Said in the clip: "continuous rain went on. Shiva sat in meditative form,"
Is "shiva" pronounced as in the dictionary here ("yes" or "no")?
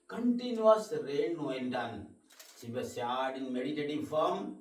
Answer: no